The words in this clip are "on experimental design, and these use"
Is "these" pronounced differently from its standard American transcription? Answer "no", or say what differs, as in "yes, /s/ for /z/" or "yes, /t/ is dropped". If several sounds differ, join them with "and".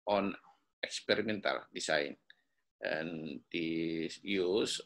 yes, /z/ is dropped